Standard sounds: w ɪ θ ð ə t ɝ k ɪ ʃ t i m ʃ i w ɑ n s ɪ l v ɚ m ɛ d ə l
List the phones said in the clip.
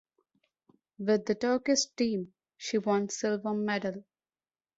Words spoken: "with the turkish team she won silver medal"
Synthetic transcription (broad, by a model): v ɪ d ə t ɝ k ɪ s t i m ʃ i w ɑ n s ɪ l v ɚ m ɛ d ə l